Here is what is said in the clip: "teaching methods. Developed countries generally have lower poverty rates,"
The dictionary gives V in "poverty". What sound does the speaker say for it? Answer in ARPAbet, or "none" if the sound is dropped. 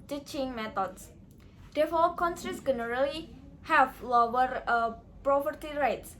P